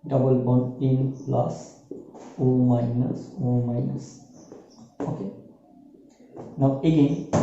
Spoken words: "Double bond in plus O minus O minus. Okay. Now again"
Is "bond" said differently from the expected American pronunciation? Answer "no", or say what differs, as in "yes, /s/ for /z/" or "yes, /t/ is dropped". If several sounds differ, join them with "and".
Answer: yes, /d/ is dropped